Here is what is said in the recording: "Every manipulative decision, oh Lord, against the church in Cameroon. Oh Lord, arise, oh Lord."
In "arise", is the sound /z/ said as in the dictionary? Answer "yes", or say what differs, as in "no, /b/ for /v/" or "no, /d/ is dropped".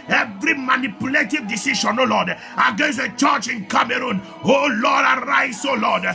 no, /s/ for /z/